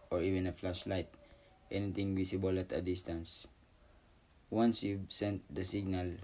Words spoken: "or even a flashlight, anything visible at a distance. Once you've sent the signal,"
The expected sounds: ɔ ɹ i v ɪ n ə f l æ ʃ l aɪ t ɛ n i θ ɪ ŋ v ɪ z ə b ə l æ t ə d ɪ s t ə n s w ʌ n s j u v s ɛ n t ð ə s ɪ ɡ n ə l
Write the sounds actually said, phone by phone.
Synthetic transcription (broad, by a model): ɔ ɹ i v ɪ n ə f l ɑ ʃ l aɪ t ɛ n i t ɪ ŋ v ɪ s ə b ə l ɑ t ə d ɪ s t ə n s w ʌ n s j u s ɛ n t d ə s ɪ ɡ n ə l